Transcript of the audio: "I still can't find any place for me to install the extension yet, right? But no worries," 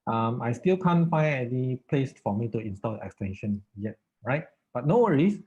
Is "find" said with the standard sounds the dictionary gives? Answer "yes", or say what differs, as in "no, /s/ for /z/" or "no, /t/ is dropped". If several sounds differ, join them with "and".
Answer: no, /d/ is dropped